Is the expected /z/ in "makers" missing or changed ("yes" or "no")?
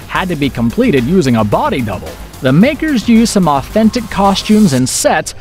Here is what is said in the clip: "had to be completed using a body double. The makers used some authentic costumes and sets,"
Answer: no